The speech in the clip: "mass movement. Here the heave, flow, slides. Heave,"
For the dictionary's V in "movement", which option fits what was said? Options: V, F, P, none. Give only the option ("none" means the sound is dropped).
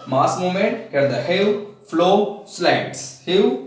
none